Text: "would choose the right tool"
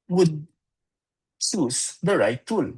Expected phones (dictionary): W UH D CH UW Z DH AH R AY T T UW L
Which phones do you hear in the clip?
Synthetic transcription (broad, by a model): W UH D S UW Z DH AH R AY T T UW L